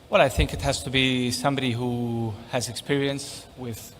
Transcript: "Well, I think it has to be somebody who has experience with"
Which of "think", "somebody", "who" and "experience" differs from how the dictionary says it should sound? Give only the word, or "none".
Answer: none